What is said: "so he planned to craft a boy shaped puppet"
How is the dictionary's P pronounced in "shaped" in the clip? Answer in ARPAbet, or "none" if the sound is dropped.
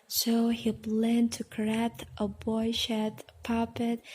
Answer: none